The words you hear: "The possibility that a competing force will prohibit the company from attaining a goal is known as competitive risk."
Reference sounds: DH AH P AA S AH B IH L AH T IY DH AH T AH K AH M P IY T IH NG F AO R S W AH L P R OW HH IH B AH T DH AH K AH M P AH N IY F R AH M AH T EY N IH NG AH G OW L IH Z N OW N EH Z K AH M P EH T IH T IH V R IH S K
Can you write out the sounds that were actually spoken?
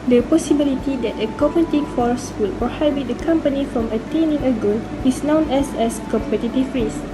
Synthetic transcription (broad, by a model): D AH P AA S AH B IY L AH T IY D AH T AH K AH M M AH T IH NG F AO R S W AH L P R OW HH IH B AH T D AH K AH M P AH N IY F R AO M AH T EY N IH NG AH G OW N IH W N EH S EH S K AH M P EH T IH T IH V R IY S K